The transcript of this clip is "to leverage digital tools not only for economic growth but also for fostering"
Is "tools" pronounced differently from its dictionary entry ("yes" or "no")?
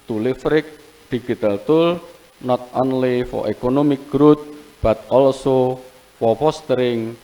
yes